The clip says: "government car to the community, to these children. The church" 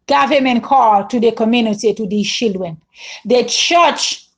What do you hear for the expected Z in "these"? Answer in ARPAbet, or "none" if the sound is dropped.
none